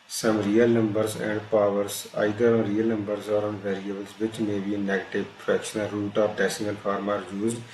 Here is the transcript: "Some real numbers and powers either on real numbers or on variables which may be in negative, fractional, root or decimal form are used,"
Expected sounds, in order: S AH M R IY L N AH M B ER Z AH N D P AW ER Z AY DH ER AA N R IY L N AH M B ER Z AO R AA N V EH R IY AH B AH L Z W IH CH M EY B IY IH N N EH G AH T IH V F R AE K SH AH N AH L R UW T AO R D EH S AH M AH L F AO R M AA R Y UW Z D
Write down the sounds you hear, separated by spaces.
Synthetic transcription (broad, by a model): S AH M R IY L N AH M B ER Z AH N D P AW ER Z AY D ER AA N R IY L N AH M B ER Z AO R AA N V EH R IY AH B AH L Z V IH CH M EY B IY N N EH G AH T IH V P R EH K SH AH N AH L R UW T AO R D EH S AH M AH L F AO R M AA R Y UW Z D